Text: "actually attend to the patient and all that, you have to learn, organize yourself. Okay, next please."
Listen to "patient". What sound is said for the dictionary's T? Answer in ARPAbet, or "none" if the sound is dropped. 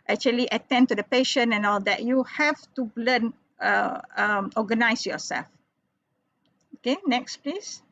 none